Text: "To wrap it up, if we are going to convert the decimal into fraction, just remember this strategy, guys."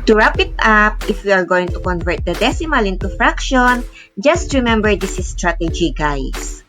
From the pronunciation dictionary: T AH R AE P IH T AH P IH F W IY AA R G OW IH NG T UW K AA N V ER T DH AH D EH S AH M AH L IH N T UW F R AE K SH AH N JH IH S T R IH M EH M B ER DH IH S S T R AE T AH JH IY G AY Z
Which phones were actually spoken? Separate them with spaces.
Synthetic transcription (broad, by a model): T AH R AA P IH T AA P IH F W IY AA R G OW IH NG T UW K AA N V ER T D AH D EH S AH M AH L IH N T UW F R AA K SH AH N JH IH S T R IH M EH M B ER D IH S S T R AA T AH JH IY G AY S